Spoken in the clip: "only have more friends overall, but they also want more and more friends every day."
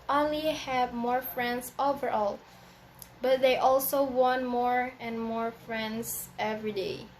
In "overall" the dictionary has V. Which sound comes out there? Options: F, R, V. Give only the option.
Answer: V